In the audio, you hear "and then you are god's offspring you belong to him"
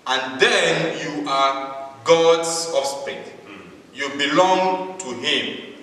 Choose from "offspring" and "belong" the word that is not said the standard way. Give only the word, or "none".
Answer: offspring